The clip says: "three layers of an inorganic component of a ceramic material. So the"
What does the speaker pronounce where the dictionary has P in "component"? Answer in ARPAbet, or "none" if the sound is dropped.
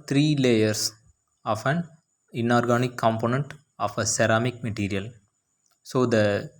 P